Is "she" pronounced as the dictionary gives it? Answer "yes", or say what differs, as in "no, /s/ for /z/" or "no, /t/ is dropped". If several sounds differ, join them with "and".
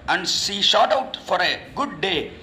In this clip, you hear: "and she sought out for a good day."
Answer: no, /s/ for /ʃ/